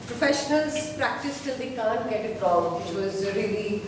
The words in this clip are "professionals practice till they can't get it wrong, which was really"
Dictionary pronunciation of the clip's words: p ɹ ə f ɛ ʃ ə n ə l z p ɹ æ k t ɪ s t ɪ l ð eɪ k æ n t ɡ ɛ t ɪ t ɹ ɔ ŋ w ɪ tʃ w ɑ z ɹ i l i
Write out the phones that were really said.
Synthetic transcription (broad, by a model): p ɹ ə f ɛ ʃ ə n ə l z p ɹ æ k t ɪ s t ɪ l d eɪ k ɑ n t ɡ ɛ t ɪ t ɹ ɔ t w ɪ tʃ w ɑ z ɹ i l i